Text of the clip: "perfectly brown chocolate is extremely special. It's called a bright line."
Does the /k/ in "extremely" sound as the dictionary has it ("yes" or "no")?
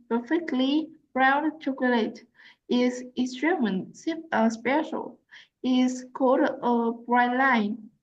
no